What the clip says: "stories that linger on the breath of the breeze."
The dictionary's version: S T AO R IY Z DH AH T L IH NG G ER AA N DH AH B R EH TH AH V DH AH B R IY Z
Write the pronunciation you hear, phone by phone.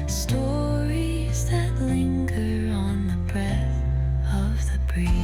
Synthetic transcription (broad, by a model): S T AO R IY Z DH AH T L IH NG G ER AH N DH AH B R EH TH AH V DH AH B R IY